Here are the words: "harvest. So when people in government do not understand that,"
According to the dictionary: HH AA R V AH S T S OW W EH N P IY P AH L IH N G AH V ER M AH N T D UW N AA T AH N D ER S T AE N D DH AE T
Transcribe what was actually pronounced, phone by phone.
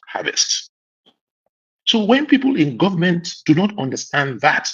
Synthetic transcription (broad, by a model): HH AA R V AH S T S OW W EH N P IY P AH L IH N G AH V ER M AH N T D UW N AA T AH N D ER S T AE N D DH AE T